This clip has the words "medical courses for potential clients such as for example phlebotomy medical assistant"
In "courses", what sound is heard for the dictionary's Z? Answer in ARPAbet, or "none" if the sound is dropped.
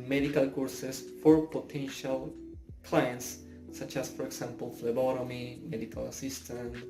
S